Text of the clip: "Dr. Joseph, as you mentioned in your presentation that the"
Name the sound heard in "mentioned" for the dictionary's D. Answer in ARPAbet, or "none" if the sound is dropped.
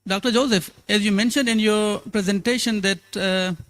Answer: D